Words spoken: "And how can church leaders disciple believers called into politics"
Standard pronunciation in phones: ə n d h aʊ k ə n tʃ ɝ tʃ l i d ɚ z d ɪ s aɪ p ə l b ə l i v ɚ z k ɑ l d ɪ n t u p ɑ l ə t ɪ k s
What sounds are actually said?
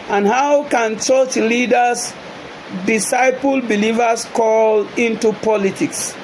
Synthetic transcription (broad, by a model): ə n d h aʊ k ə n tʃ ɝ tʃ l i d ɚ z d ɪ s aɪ p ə l b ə l i v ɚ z k ɑ l ɪ n t u p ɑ l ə t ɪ k s